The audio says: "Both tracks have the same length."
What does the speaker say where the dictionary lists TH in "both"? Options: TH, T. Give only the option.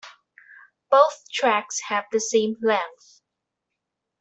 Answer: TH